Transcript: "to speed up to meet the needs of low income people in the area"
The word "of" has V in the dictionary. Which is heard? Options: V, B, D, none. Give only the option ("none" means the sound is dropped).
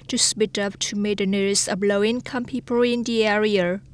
B